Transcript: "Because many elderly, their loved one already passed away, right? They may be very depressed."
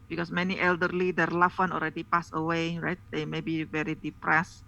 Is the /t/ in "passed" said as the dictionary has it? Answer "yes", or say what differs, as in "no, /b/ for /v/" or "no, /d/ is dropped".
no, /t/ is dropped